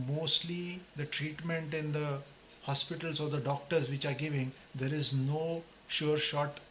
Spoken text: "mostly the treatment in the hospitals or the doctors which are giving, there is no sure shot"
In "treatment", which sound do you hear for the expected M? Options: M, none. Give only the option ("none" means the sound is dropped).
M